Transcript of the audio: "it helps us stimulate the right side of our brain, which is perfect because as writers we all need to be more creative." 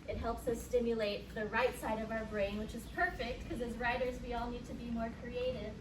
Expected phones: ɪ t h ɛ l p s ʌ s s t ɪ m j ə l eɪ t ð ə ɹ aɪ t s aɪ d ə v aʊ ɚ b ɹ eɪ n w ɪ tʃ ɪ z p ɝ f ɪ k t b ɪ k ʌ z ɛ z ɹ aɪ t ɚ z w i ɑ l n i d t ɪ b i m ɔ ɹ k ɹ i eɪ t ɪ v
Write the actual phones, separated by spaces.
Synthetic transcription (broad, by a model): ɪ t h ɛ l p s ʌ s s t ɪ m j ə l eɪ t ð ə ɹ aɪ t s aɪ d ə v aʊ ɚ b ɹ eɪ n w ɪ tʃ ɪ z p ɝ f ɪ k t k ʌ z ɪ z ɹ aɪ t ɚ z w i ɑ l n i d t ɪ b i m ɔ ɹ k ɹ i eɪ t ɪ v